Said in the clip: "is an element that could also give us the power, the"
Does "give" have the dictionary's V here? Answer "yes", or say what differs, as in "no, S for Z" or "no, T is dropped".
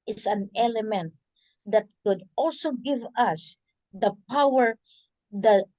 yes